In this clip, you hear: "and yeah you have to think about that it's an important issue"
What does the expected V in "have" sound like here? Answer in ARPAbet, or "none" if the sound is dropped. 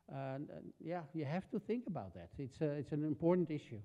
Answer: F